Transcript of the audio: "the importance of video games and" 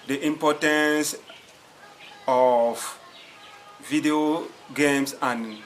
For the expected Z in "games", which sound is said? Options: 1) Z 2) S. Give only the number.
2